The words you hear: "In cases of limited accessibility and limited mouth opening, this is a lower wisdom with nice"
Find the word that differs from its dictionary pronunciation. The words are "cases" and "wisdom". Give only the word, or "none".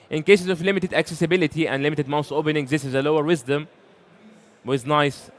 none